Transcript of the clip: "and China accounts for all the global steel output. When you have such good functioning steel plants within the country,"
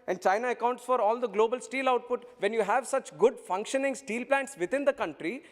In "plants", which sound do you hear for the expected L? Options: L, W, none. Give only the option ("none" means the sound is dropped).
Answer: L